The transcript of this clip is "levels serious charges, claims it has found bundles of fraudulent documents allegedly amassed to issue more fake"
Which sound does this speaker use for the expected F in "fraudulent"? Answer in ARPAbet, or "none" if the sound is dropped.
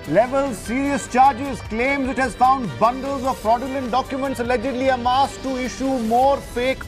P